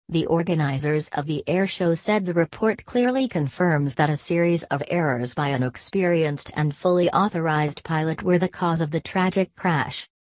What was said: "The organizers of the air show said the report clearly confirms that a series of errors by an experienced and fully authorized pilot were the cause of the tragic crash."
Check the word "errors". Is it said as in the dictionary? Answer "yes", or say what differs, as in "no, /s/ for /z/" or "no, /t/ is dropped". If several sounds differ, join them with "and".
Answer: yes